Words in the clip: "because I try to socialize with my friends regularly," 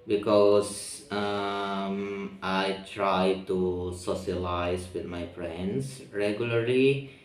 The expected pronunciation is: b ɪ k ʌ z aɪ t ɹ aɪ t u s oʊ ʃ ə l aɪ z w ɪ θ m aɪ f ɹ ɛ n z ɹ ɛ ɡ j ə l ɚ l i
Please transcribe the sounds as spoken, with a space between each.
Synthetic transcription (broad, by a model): b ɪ k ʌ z aɪ t ɹ aɪ t u s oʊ s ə l aɪ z w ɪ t m aɪ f ɹ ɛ n s ɹ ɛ ɡ j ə l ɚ l i